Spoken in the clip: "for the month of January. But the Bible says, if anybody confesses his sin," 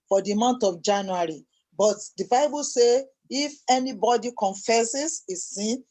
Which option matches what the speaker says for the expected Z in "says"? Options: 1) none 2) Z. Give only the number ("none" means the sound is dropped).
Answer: 1